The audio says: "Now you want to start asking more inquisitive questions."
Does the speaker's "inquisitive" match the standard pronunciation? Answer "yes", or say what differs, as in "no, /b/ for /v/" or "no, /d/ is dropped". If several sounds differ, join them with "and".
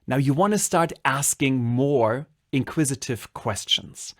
yes